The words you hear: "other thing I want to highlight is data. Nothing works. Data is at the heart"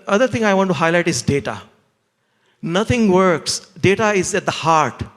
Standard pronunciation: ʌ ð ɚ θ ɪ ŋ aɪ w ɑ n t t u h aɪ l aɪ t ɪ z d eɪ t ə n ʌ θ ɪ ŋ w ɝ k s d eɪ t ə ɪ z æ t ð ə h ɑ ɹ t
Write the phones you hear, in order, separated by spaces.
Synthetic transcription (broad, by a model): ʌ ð ɚ t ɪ ŋ aɪ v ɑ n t t u h aɪ l aɪ t ɪ z d eɪ t ə n ʌ t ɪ ŋ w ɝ k s d eɪ t ə ɪ z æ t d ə h ɑ ɹ t